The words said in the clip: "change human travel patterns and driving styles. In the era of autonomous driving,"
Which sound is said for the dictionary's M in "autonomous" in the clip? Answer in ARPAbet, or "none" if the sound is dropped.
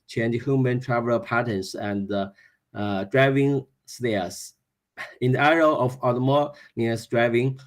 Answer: none